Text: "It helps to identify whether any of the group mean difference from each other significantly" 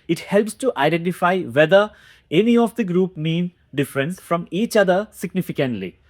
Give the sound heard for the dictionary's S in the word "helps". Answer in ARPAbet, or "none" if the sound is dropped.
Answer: S